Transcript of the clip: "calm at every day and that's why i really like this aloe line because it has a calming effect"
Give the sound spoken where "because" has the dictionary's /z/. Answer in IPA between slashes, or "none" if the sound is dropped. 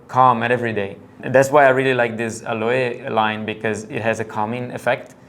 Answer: /z/